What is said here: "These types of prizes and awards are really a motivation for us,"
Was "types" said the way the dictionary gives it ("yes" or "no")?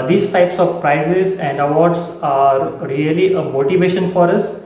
yes